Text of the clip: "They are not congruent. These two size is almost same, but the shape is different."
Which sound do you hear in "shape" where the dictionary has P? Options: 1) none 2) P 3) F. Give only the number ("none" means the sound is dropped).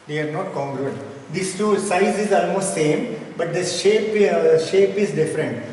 2